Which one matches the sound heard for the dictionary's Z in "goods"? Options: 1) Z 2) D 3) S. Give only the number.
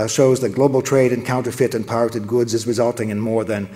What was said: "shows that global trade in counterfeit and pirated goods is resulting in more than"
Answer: 1